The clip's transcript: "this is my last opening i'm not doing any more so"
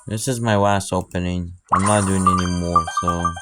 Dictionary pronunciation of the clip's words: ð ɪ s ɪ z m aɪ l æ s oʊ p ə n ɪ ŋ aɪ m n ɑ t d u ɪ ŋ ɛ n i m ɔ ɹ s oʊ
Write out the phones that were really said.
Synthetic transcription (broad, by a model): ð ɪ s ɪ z m aɪ w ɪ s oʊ p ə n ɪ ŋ aɪ m n ɑ t d u ɪ ŋ ɛ n i m ɔ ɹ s oʊ